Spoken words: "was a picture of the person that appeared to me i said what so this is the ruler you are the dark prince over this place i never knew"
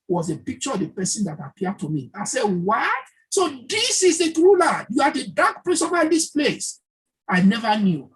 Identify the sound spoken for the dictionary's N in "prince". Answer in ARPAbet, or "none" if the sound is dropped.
none